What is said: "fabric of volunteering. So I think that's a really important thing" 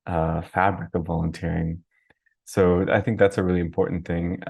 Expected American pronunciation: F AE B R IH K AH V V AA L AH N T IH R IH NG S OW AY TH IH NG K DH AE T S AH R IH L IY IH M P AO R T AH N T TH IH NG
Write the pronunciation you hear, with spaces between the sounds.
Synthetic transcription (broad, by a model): F AE B R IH K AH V V AA L AH N T IH R IH NG S OW AY TH IH NG K DH AE T S AH R IH L IY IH M P AO R T N TH IH NG